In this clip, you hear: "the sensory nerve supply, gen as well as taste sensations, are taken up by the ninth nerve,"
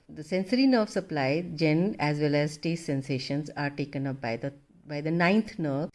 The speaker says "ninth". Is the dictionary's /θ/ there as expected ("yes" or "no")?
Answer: no